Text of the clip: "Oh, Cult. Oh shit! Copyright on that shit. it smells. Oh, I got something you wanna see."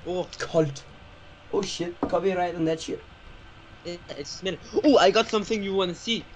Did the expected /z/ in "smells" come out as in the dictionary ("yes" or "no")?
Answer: no